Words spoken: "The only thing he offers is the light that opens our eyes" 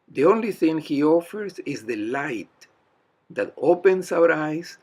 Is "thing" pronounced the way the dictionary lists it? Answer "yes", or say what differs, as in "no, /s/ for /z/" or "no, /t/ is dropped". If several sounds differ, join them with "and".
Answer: yes